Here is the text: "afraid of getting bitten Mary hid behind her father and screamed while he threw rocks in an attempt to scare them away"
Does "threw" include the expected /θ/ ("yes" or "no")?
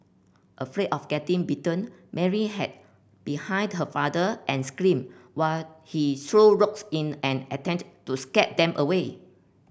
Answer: no